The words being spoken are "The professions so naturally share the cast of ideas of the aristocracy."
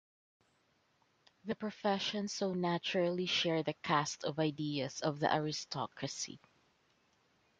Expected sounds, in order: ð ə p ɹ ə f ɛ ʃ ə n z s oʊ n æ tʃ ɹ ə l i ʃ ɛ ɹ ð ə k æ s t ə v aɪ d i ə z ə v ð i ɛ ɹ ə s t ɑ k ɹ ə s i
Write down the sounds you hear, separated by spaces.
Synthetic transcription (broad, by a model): ð ə p ɹ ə f ɛ ʃ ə n s oʊ n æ tʃ ɹ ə l i ʃ ɛ ɹ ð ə k æ s t ə v aɪ d i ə s ə v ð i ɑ ɹ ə s t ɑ k ɹ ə s i